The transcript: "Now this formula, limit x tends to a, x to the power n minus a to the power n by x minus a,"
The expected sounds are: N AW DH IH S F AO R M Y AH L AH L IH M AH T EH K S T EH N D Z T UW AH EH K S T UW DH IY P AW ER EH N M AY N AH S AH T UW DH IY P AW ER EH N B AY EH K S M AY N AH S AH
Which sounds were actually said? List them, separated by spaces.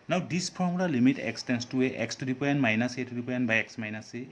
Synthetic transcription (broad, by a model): N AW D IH S P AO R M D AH L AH M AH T EH K S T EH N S T UW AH EH K S T UW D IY P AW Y EH N M AY N AH S AH T UW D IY P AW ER EH N B AY EH K S M AY N AH S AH